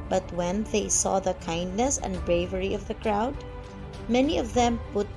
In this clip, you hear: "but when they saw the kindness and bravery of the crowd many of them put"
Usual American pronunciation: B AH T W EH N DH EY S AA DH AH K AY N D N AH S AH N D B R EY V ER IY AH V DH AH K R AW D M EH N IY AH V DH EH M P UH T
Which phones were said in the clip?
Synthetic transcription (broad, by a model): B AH T W EH N DH EY S AA DH AH K AY N D N AH S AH N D B R EY V ER IY AH V DH AH K R AW D M EH N IY AH V DH EH M P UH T